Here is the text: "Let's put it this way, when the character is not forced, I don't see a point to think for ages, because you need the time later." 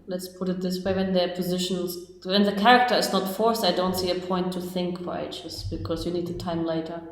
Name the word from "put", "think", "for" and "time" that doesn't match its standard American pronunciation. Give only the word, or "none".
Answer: none